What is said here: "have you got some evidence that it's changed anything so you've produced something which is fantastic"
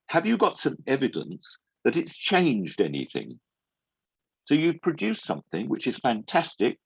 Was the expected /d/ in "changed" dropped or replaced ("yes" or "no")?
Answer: no